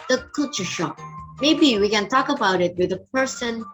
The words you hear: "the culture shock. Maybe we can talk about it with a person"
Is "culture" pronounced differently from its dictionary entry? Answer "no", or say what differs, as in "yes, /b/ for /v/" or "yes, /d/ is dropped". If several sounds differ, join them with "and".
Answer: no